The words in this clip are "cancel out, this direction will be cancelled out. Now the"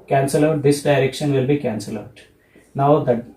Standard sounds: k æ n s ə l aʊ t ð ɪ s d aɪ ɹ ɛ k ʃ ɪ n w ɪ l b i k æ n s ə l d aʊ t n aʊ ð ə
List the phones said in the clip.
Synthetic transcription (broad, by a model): k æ n s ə l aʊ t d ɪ s d aɪ ɹ ɛ k ʃ ɪ n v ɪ l b i k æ n s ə l aʊ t n aʊ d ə